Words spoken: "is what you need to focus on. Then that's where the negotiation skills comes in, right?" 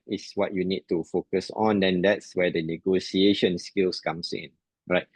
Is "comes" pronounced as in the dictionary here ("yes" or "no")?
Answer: no